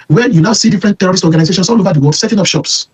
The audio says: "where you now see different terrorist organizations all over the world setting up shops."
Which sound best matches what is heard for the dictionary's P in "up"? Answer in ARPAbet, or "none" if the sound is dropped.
F